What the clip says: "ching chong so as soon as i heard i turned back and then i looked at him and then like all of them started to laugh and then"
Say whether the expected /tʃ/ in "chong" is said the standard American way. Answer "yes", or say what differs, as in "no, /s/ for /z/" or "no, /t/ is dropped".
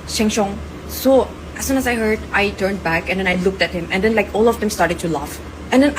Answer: no, /ʃ/ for /tʃ/